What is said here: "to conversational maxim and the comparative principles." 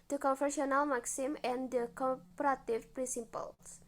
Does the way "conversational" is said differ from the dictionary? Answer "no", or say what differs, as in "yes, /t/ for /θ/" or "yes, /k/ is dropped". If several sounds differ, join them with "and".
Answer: yes, /f/ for /v/ and /ʃ/ is dropped